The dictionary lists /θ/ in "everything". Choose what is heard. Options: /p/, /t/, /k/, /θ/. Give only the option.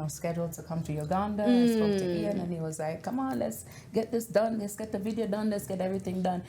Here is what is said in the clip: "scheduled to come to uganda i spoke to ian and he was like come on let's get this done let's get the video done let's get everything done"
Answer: /θ/